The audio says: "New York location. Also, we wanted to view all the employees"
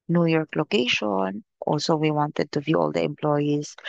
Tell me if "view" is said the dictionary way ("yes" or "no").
yes